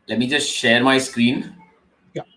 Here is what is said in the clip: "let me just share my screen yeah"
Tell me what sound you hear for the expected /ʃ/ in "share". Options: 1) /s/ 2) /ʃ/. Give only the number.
2